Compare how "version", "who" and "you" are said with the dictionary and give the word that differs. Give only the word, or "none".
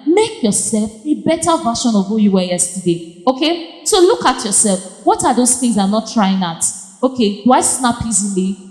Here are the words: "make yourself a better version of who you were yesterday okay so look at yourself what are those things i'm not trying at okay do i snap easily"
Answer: version